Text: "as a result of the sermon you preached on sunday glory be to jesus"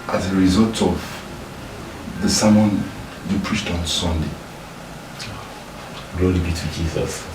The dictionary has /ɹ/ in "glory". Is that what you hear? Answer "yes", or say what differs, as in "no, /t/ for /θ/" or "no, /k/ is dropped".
no, /l/ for /ɹ/